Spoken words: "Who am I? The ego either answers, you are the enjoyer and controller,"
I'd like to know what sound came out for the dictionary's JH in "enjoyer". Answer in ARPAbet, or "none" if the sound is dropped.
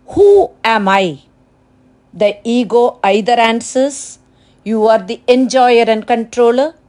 JH